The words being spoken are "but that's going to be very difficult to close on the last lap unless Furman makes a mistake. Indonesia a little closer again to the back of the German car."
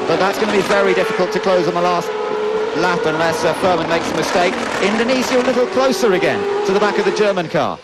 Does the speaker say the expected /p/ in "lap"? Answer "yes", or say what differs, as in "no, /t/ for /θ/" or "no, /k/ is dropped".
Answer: no, /f/ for /p/